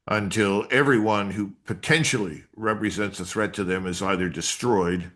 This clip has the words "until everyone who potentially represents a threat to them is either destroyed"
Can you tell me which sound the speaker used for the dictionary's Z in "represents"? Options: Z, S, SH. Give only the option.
Z